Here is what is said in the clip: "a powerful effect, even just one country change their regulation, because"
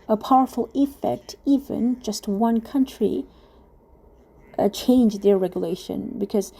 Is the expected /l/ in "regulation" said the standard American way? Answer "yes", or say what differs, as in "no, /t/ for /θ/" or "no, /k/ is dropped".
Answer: yes